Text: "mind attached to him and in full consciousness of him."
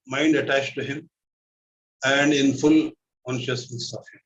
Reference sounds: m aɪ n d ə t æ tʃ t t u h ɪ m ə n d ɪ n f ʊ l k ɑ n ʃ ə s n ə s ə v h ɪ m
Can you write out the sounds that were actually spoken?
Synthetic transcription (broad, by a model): m aɪ n d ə t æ tʃ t t u h ɪ m ə n d ɪ n f ʊ l k ɑ n ʃ ə s n ə s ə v h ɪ m